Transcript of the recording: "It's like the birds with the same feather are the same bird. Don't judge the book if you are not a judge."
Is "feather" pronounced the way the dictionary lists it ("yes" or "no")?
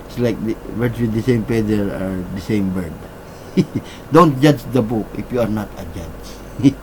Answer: no